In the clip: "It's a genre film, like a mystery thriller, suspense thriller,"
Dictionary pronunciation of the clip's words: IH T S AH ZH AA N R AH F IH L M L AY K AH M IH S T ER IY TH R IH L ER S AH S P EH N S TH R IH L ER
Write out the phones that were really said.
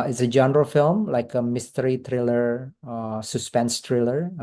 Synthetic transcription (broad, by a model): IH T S AH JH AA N R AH F IH L M L AY K AH M IH S T ER IY T R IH L ER S AH S P EH N S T R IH L ER